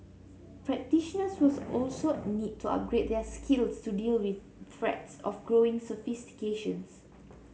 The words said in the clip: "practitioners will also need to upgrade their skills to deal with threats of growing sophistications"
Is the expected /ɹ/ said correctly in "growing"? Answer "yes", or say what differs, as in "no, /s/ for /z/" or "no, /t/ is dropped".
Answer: yes